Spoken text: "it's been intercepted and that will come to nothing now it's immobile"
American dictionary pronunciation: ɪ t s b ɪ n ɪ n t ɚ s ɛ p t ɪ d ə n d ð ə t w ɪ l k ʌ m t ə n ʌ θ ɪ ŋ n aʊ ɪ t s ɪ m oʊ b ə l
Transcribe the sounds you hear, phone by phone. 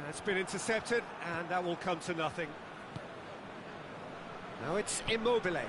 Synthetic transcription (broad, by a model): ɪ t s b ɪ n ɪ n t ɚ s ɛ p t ɪ d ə n ð ə t w ɪ l k ʌ m t ə n ʌ θ ɪ ŋ n aʊ ɪ t s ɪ m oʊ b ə l